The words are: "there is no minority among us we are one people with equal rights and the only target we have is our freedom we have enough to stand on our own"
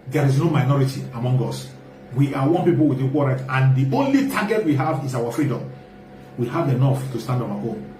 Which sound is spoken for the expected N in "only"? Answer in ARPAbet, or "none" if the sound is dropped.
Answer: N